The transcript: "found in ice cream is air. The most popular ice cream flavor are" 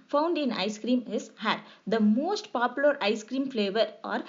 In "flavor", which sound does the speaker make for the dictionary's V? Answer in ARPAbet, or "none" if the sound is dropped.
V